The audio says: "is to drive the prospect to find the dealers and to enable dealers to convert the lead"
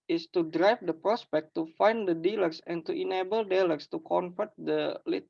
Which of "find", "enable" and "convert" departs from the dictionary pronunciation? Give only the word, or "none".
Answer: convert